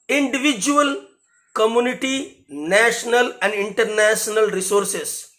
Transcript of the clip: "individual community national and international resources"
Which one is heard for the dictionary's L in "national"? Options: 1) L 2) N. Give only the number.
1